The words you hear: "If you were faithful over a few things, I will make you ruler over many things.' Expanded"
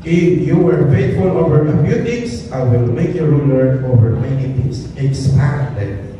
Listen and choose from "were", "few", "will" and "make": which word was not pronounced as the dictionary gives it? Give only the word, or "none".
few